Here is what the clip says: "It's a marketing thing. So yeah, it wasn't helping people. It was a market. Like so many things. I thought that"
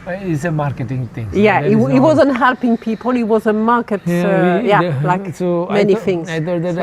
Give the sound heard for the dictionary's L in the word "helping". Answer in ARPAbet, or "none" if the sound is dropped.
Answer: L